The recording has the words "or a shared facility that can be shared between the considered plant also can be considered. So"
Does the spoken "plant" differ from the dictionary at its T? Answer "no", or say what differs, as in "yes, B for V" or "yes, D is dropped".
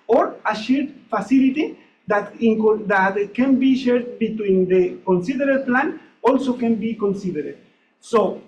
yes, T is dropped